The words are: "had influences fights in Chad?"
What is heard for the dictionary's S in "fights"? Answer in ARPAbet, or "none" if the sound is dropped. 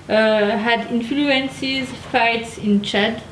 S